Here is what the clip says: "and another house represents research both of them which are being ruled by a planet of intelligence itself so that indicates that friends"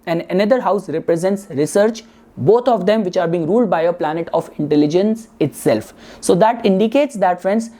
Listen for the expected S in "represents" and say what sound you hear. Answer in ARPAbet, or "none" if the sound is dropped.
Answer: S